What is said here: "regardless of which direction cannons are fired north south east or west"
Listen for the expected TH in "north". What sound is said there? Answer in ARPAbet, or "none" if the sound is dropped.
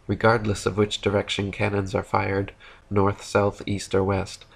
TH